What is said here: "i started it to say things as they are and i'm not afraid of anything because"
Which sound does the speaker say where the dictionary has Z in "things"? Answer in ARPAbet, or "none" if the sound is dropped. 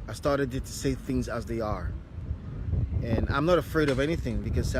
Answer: Z